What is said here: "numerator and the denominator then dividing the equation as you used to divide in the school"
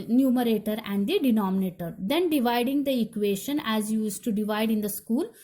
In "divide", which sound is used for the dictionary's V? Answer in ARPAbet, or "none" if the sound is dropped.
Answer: V